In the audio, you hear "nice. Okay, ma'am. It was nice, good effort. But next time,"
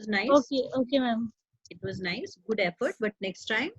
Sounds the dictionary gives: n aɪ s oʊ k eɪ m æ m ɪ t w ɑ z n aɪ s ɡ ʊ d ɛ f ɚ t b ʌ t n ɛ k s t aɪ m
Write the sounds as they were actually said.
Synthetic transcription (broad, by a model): n aɪ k oʊ k eɪ m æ m ɪ t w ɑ z n aɪ s ɡ ʊ d ɛ f ɚ t b ʌ t n ɛ k s t aɪ m